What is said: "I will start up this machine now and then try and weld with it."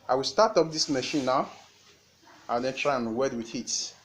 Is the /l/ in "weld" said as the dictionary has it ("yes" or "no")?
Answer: no